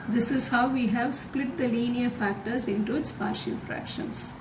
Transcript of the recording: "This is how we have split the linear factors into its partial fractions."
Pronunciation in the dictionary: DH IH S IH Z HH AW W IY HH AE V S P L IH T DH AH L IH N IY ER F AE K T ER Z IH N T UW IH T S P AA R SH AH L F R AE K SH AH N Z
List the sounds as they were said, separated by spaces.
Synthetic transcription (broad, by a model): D IH S IH Z HH AW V IY HH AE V S P L IH T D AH L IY N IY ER F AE K T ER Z IH N T UW IH T S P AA R SH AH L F R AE K SH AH N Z